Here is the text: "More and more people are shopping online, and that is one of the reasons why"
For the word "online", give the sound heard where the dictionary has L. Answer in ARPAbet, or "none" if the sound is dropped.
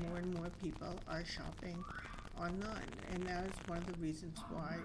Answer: none